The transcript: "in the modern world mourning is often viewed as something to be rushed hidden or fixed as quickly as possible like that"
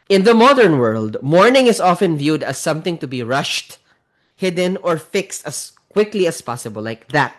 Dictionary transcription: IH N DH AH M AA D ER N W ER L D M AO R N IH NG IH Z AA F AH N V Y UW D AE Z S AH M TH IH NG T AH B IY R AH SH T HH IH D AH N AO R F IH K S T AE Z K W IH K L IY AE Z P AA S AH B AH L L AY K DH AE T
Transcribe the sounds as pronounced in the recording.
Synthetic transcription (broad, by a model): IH N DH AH M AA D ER N W ER L D M AO R N IH NG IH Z AA F AH N V Y UW D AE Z S AH M TH IH NG T AH B IY R AH SH T HH IH D AH N AO R F IH K S T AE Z K W IH K L IY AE S P AA S AH B AH L L AY K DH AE T